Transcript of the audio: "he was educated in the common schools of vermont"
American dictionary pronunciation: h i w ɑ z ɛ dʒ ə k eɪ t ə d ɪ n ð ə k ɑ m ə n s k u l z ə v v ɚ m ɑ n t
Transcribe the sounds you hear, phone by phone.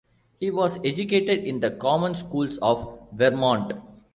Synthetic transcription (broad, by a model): h i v ɑ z ɛ dʒ ə k eɪ t ə d ɪ n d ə k ɑ m ə n s k u l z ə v v ɚ m ɑ n t